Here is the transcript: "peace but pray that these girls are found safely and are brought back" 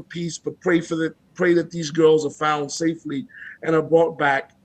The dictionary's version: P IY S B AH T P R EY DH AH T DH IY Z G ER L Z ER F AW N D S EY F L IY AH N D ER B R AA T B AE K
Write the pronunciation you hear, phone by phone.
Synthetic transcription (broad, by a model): P IY S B AH T P R EY DH AH T DH IY Z G ER L Z ER F AW N D S EY F L IY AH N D ER B R AA T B AE K